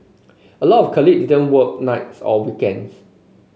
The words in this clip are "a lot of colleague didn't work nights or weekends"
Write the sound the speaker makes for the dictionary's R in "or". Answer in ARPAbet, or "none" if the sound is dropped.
L